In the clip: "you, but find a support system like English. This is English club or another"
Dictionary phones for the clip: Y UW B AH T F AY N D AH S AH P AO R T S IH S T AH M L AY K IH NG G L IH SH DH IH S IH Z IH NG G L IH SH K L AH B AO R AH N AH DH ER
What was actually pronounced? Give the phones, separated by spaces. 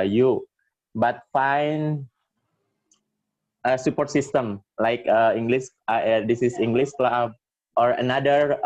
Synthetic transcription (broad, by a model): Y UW B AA T F AY N AH S AH P AO R T S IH S T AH M L AY K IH NG G L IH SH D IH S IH S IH NG G L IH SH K L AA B AO R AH N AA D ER